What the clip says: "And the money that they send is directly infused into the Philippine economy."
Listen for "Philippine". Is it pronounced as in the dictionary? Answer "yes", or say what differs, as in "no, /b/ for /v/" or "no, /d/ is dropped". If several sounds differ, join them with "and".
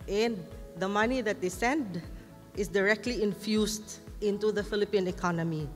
yes